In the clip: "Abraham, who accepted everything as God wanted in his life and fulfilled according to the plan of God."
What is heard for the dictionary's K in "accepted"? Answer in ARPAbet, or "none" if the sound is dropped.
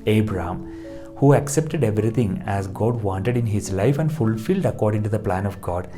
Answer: K